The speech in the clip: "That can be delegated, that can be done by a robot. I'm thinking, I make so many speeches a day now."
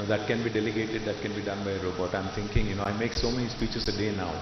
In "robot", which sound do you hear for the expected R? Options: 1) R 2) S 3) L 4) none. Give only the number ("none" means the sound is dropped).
1